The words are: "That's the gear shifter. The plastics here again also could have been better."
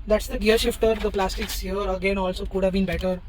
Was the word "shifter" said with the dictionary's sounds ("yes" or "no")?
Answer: yes